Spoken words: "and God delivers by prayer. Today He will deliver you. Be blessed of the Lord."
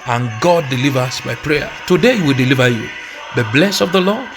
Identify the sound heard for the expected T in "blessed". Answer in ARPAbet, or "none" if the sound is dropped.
none